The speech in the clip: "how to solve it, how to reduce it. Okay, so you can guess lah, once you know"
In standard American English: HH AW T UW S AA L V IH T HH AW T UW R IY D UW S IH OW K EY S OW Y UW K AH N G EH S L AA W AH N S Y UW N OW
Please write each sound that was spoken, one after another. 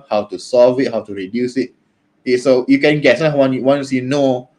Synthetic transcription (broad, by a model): HH AW T UW S AA L V IH T HH AW T UW R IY D UW S IH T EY S OW Y UW K AH N G EH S W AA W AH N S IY N OW